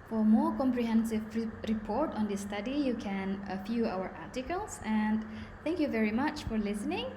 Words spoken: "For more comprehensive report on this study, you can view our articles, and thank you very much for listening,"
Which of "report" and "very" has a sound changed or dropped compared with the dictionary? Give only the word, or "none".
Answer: none